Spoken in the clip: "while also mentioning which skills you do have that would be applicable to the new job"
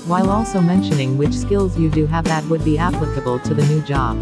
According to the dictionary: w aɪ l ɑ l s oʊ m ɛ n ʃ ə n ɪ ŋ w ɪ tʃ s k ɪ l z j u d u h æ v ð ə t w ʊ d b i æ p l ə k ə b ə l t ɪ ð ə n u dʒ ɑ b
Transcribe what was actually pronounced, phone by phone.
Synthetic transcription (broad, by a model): w aɪ l ɑ l s oʊ m ɛ n ʃ ə n ɪ ŋ w ɪ tʃ s k ɪ l z j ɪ d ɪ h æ v ð ə t w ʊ d b i æ p l ə k ə b ə l t ɪ ð ə n u dʒ ɑ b